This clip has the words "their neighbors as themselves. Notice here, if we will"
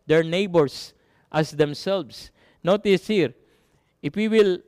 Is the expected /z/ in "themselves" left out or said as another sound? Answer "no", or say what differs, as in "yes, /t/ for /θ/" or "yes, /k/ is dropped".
yes, /s/ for /z/